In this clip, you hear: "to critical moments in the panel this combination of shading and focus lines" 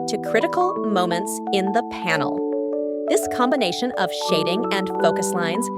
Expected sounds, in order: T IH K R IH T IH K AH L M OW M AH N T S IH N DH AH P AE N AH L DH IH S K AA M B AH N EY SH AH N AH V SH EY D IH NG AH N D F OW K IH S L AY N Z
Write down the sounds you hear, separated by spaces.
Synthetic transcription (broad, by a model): T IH K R IH T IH K L M OW M AH N T S IH N DH AH P AE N L DH IH S K AA M B AH N EY SH AH N AH V SH EY D IH NG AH N F OW K IH S L AY N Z